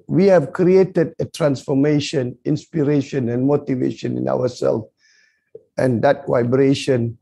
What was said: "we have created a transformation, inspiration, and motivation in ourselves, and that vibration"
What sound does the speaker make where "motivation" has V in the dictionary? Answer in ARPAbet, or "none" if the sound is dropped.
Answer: V